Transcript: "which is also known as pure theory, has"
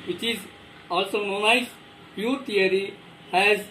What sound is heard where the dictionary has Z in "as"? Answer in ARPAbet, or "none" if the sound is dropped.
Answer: S